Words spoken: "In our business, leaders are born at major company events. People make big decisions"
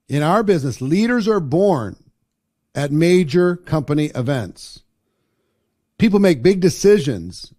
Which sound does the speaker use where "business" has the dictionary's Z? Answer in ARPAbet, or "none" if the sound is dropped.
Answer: Z